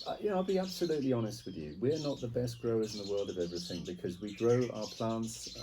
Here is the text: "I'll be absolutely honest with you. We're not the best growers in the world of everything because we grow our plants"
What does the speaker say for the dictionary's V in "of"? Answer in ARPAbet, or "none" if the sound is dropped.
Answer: V